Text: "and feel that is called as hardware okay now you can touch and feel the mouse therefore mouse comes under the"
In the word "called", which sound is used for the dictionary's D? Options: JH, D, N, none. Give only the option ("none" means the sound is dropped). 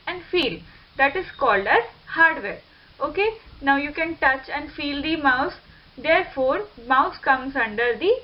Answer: D